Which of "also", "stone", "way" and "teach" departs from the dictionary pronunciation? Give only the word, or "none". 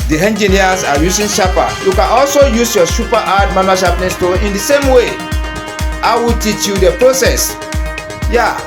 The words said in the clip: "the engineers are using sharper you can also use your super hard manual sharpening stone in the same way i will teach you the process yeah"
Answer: stone